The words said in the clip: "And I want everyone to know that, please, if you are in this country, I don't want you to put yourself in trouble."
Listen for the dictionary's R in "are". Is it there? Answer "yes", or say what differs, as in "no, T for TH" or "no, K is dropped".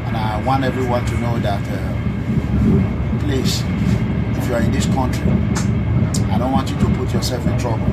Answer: yes